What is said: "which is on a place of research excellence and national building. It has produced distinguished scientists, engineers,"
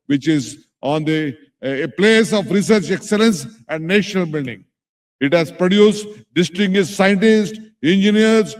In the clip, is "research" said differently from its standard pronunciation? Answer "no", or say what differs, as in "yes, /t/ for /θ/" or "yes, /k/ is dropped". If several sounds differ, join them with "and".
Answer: no